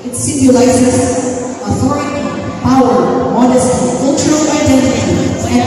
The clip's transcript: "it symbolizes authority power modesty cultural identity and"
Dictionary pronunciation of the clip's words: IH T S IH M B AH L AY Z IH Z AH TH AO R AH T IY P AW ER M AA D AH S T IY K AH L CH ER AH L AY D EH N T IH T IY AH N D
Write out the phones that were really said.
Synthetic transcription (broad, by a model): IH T S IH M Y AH L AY S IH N AH TH AO R AH T IY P AW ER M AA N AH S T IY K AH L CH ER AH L AY D EH N T IH T IY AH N